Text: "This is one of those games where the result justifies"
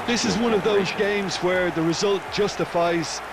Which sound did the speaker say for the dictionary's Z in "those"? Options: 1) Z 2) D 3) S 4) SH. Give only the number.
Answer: 1